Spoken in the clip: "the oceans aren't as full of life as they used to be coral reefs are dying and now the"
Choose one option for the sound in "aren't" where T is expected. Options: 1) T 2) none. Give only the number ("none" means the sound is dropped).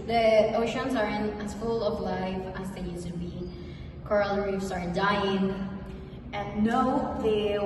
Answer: 2